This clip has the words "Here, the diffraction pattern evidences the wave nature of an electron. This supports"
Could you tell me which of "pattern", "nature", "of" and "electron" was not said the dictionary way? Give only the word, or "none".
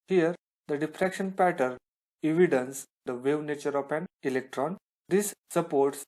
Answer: of